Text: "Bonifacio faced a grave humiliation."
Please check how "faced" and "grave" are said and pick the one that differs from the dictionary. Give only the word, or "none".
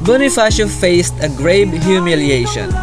grave